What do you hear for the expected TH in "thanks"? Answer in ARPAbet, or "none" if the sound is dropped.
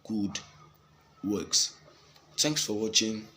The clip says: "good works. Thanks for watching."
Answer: T